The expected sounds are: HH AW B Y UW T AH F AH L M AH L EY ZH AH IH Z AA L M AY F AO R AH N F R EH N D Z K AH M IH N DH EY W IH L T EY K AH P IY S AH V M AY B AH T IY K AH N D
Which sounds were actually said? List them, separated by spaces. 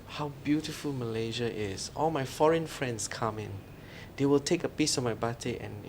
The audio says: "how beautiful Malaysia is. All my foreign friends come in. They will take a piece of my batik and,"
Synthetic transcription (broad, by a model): HH AW B Y UW T AH F AH L M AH L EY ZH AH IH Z AA L M AY F AO R AH N F R EH N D S K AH M IH N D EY W IH L T EY K AH P IY S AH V M AY B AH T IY AH N